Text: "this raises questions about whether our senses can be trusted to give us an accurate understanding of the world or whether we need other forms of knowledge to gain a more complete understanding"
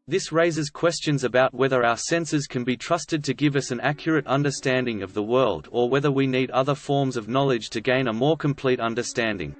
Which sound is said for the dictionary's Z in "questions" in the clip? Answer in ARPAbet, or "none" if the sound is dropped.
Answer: Z